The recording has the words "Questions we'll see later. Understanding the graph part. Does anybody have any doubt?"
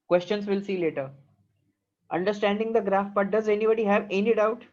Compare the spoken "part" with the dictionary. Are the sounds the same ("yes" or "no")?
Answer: no